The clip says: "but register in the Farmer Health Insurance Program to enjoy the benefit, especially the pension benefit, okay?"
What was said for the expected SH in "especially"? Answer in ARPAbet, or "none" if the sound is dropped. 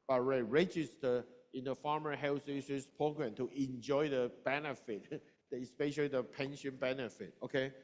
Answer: SH